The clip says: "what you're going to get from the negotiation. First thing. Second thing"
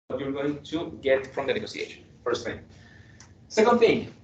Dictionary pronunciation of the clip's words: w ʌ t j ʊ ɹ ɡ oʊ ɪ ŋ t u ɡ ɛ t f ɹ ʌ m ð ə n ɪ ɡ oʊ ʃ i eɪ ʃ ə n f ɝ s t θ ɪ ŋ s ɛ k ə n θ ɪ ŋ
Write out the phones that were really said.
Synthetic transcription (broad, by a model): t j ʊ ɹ ɡ oʊ ɪ ŋ t u ɡ ɛ t f ɹ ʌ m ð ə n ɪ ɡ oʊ s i eɪ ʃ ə n f ɝ s t θ ɪ ŋ s ɛ k ə n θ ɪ ŋ